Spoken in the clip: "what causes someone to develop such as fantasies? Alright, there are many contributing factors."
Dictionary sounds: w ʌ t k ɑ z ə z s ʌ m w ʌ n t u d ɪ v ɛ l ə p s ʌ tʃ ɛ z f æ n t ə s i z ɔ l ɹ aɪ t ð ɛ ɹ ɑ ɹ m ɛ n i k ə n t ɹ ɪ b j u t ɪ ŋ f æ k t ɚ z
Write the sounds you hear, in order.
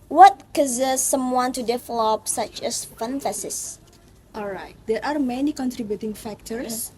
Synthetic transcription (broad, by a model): w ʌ t k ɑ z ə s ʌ m w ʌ n t u d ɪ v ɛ l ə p s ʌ tʃ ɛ s f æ n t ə s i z ɔ l ɹ aɪ t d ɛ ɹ ɑ ɹ m ɛ n i k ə n t ɹ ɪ b j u t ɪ ŋ f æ k t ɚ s